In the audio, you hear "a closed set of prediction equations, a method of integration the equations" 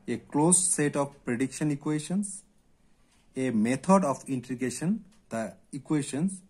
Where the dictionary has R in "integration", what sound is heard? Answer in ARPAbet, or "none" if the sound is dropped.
none